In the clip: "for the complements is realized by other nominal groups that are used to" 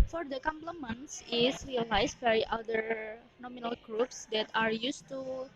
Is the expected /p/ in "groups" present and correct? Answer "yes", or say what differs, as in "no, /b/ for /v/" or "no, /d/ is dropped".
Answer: yes